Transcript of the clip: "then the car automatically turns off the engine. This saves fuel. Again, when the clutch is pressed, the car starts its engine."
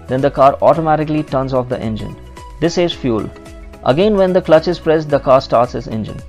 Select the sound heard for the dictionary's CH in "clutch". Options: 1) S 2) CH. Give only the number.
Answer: 2